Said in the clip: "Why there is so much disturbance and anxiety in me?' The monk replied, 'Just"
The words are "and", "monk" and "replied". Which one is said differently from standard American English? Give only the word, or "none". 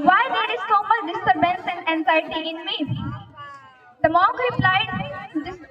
monk